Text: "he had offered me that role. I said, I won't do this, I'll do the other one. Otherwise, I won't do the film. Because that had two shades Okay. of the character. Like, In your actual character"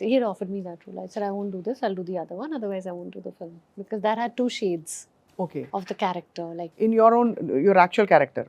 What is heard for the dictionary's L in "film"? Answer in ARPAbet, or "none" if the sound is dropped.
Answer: L